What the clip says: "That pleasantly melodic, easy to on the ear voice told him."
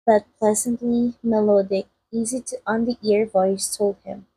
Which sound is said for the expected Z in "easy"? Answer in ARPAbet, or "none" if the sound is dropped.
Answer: Z